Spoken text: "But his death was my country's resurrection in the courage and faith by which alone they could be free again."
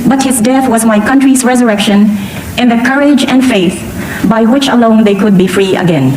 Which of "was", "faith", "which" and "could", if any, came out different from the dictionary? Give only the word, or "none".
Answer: none